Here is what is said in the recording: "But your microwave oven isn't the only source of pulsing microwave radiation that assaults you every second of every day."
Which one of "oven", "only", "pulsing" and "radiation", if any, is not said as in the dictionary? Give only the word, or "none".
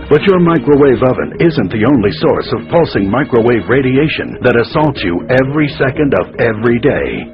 none